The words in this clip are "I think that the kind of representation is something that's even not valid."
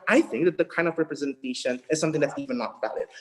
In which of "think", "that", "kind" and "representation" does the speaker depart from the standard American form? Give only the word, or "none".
none